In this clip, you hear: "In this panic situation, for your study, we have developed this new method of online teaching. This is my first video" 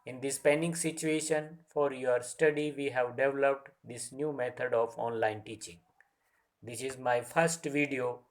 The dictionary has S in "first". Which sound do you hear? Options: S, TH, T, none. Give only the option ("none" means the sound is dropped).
S